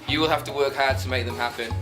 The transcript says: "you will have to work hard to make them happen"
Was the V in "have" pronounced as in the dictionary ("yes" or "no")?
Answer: no